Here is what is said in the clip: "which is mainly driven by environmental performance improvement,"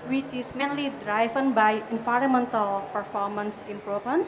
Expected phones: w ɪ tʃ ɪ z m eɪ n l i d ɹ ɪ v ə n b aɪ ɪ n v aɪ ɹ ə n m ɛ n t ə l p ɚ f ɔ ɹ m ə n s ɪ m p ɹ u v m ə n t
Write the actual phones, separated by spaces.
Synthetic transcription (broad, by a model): w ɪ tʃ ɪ s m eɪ n l i d ɹ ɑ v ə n b aɪ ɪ n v aɪ ɹ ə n m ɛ n t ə l p ɚ f ɔ ɹ m ə n s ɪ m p ɹ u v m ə n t